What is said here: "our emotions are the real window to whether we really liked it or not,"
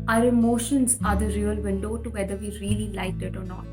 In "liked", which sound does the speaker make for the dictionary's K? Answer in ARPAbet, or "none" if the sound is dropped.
none